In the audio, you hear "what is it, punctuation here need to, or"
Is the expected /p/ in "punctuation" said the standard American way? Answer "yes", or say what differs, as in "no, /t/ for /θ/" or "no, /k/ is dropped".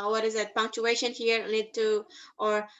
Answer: yes